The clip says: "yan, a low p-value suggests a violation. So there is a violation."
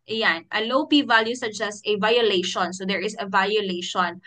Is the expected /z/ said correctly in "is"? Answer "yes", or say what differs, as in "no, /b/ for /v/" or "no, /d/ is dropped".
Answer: no, /s/ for /z/